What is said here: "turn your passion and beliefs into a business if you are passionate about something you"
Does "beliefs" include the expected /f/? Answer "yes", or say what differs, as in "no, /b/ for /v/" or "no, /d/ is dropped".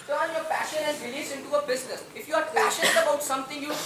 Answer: no, /f/ is dropped